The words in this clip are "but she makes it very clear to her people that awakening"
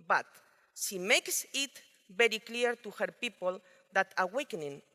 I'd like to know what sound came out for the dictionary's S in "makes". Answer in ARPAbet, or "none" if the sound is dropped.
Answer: S